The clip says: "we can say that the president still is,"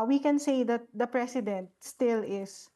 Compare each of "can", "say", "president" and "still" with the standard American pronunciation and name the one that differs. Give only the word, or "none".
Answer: president